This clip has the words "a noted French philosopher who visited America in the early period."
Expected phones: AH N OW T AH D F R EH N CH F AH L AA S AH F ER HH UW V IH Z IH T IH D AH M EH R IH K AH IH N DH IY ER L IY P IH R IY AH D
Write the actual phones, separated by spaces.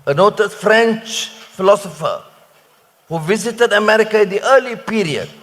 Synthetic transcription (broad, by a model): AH N OW T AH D F R EH N CH F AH L AA S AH F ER HH UW V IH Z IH T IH D AH M EH R IH K AH IH N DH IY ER L IY P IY R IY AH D